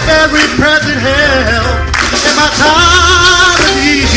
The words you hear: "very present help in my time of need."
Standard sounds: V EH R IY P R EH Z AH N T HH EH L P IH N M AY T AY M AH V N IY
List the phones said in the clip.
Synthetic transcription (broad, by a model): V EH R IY P R EH Z AH N T HH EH L IH N M AY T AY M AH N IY